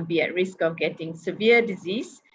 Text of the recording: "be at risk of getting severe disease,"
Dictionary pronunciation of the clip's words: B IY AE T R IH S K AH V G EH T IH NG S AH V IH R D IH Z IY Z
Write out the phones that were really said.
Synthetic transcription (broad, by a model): B IY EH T R IH S K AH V G EH T IH NG S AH V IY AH D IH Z IY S